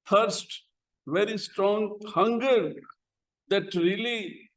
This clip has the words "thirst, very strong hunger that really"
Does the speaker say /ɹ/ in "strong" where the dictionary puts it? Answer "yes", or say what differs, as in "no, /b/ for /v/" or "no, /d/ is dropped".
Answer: yes